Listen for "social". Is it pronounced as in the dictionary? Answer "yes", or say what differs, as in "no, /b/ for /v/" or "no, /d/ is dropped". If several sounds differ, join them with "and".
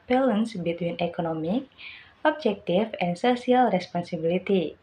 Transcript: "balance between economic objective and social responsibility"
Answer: no, /s/ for /ʃ/